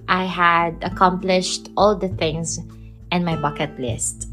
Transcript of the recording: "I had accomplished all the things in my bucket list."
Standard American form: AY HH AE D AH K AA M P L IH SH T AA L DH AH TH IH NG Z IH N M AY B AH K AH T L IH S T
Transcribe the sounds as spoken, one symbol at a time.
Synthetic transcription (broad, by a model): AY HH AE D AH K AA M P L IH SH T AA L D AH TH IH NG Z IH N M AY B AH K AH T L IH S T